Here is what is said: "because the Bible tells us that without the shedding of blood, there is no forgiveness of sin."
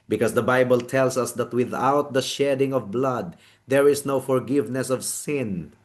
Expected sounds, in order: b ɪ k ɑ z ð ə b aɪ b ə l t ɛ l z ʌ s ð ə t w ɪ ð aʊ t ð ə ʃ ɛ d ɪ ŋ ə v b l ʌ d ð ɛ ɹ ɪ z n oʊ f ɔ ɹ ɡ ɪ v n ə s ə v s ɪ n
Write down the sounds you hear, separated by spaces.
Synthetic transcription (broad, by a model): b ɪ k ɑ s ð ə b aɪ b ə l t ɛ l s ʌ s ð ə t w ɪ ð aʊ t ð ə ʃ ɛ d ɪ ŋ ə v b l ʌ d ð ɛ ɹ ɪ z n oʊ f ɔ ɹ ɡ ɪ v n ə s ə v s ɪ n